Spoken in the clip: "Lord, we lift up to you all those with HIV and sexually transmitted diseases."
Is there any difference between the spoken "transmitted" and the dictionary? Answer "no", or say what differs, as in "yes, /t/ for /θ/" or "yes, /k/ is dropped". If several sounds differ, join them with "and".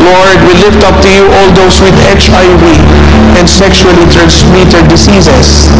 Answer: yes, /ɹ/ is dropped